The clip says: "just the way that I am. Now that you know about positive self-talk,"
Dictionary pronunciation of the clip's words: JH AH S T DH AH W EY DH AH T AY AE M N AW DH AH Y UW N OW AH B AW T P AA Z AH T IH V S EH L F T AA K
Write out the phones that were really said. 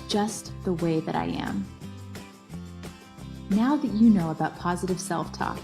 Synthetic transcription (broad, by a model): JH AH S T DH AH W EY DH AH T AY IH M N AW DH AH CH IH N OW AH B AW T P AA Z AH T IH V S EH L F T AA K